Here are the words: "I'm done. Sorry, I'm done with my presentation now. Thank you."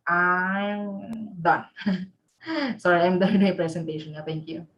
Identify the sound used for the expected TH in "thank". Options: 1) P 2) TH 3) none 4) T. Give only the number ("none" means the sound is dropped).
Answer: 4